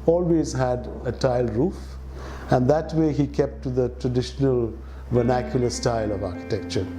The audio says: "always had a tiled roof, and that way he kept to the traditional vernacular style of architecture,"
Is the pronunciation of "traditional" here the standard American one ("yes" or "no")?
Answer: yes